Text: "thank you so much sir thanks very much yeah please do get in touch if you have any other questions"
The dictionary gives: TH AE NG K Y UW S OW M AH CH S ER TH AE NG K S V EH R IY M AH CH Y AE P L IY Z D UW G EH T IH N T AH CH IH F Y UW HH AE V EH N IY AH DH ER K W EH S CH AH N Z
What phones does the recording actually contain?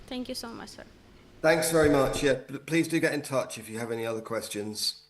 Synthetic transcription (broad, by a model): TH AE NG K Y UW S OW M AH CH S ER TH AE NG K S V EH R IY M AH CH Y AE P L IY Z D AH G EH T IH N T AH CH IH F Y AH V EH N IY AH DH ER K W EH S CH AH N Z